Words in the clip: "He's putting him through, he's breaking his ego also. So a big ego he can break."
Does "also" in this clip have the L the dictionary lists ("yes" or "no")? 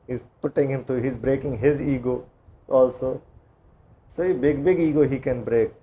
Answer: yes